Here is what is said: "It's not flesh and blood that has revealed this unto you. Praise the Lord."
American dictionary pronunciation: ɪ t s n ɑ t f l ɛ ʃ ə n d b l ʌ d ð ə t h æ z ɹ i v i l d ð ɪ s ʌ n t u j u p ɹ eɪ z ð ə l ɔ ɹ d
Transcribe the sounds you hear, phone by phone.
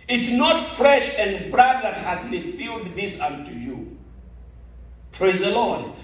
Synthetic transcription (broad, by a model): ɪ t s n ɑ t f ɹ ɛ ʃ ə n d b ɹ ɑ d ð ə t h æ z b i f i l d ð ɪ s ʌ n t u j u p ɹ eɪ z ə l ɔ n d